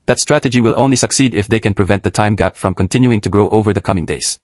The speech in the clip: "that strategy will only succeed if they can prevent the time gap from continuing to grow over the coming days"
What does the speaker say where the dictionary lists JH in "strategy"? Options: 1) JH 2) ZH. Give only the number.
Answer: 1